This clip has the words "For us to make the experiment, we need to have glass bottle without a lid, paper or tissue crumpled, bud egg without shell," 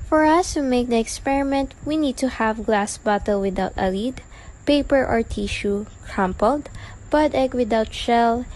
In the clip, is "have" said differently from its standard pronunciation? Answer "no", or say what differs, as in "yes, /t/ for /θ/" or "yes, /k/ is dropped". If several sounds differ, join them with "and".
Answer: no